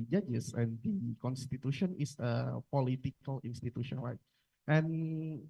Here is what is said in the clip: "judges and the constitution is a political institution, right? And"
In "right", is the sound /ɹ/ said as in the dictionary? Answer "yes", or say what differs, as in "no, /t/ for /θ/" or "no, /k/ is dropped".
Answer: no, /l/ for /ɹ/